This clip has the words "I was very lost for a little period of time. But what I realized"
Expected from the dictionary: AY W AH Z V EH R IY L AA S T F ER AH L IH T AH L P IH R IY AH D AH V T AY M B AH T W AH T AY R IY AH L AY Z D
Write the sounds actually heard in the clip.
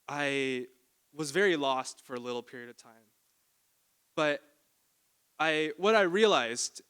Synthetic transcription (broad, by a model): AY W AH Z V EH R IY L AA S T F ER AH L IH T L P IH R IY AH D AH V T AY M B AH T W AH T AY R IY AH L AY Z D